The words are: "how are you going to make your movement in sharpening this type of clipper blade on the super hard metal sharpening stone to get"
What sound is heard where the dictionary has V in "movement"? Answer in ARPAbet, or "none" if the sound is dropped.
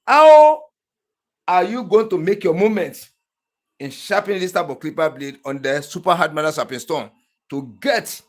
none